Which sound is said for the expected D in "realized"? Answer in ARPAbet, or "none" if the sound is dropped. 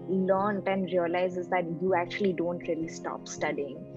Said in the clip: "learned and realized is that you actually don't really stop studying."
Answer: none